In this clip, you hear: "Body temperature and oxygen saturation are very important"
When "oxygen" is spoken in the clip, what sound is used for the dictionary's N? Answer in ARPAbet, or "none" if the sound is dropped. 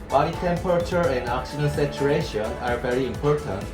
L